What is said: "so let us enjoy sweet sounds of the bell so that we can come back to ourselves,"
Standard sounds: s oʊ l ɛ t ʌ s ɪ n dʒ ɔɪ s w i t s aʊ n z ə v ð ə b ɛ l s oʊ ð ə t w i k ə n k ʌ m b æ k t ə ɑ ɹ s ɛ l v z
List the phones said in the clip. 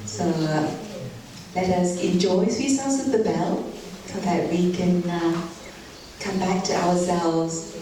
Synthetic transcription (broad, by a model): s oʊ l ɛ t ʌ s ɪ n dʒ ɔɪ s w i s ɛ l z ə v ð ə b ɛ l s oʊ ð ə t w i k ə n k ʌ m b æ k t ə ɑ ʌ s ɛ l v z